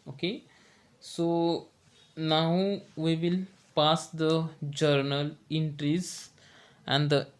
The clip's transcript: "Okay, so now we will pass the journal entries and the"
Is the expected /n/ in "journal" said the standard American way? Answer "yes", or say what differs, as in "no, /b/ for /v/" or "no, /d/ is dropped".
yes